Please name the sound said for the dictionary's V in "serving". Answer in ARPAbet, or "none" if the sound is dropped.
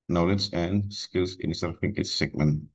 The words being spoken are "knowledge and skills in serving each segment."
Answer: F